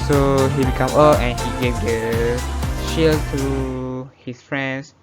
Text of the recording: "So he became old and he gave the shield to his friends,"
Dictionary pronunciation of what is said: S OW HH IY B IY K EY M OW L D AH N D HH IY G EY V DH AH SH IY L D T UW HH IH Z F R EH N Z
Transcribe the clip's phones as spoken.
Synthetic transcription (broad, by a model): S OW HH IY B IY K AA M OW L AH N HH IY G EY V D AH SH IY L T UW HH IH S F R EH N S